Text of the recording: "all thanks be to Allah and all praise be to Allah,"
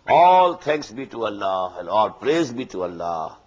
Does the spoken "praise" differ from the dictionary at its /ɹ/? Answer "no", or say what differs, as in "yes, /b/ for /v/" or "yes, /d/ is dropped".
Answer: no